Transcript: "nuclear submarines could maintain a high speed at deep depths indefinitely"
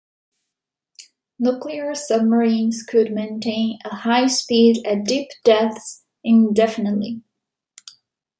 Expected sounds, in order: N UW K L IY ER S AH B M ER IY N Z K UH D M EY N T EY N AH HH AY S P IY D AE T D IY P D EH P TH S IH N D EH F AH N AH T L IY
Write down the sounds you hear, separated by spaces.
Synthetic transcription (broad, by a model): N UW K L IY ER S AH B M ER IY N Z K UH D M EY N T EY N AH HH AY S P IY D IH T D IY P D EH TH S IH N D EH F AH N AH T L IY